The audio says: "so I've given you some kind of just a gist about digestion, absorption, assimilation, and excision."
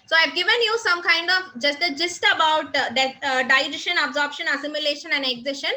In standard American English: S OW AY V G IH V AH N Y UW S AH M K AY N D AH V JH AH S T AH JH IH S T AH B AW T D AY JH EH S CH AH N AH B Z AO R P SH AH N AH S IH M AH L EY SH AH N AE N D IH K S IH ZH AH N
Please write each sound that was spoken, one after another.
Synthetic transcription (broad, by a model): S OW AY V G IH V AH N Y UW S AH M K AY N D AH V JH AH S T AH JH IH S T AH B AW T D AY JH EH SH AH N AH B Z AO R P SH AH N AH S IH M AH L EY SH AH N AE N D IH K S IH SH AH N